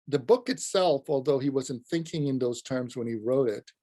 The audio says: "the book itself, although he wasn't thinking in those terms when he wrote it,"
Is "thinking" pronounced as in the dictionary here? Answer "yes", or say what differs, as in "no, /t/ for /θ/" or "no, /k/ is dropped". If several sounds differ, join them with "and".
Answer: yes